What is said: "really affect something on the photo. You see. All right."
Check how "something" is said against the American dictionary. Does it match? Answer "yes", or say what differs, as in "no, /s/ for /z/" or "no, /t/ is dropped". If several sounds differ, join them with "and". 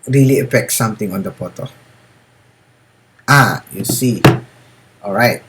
no, /t/ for /θ/